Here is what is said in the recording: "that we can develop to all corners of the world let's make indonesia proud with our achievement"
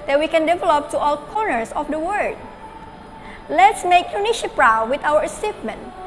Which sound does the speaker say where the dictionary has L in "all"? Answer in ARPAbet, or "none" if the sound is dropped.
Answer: L